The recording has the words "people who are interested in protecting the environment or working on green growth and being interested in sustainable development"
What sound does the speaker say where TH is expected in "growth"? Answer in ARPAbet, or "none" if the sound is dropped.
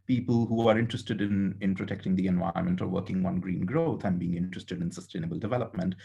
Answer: T